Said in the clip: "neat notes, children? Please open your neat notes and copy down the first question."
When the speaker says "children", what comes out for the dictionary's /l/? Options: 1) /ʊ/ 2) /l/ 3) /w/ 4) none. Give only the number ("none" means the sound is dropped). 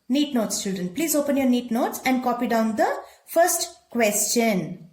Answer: 4